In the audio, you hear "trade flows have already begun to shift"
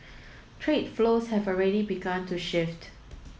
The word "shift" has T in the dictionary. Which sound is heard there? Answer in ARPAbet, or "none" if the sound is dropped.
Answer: T